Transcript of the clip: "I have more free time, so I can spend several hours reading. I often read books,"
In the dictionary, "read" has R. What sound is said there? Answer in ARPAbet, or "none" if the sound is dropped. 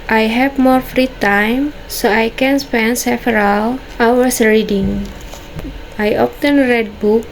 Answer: R